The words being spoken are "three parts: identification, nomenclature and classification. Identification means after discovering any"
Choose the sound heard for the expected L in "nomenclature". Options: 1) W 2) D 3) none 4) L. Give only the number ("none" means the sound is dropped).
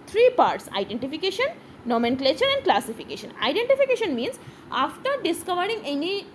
4